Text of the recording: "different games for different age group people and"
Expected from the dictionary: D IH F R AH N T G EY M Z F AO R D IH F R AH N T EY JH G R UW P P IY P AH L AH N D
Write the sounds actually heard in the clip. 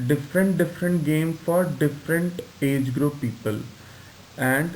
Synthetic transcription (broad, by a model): D IH F R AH N T G EY M F AO R D IH F R AH N T EY JH G R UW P P IY P AH L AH N D